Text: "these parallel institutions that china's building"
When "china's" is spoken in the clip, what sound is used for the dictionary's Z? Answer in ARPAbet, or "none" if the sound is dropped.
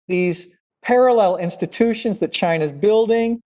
Z